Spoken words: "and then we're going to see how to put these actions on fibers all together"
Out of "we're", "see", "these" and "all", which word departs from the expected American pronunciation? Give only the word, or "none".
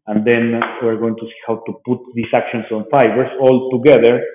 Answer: these